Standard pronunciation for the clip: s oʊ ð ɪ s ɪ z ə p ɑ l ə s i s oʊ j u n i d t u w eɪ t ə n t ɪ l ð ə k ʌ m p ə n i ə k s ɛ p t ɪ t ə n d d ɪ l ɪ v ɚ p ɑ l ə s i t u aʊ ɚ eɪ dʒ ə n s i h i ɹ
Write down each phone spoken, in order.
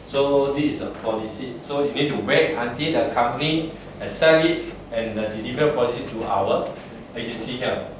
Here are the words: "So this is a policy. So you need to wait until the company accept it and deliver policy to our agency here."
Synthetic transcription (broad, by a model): s oʊ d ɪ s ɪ s ə p ɑ l ə s i s oʊ j u n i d t u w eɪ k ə n t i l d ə k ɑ m p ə n i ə s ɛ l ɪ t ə n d d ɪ l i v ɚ p ɑ l ə s i t u aʊ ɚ eɪ dʒ ə n s i h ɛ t